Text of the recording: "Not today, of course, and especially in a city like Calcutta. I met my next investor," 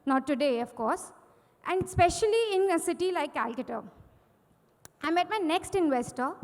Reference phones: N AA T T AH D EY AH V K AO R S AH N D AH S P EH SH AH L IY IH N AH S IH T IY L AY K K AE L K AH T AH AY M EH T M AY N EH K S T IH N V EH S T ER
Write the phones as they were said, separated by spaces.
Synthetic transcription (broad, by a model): N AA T T AH D EY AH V K AO R S AH N D S P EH SH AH L IY IH N AH S IH T IY L AY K K AE L K AH T AH AY M EH T M AY N EH K S T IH N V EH S T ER